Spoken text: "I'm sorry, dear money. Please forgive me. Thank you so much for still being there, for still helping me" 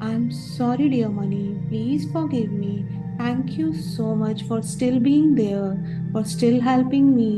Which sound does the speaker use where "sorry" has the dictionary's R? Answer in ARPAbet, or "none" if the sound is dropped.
R